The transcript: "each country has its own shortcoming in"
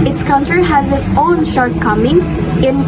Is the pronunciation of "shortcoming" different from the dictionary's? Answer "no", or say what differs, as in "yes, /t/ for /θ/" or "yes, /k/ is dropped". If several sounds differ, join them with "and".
no